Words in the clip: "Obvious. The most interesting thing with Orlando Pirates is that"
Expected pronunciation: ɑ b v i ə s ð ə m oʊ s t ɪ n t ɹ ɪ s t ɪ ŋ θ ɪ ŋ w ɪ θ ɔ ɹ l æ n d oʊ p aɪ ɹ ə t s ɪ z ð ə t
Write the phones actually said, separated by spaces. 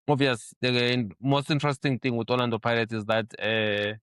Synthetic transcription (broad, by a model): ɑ v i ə s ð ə m oʊ s t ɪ n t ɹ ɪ s t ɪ ŋ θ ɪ ŋ w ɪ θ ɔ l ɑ n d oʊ p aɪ l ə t ɪ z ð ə t